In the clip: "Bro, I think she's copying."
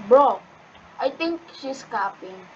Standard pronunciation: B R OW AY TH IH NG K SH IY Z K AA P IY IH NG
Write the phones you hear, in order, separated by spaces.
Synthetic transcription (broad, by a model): B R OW AY T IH NG K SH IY S K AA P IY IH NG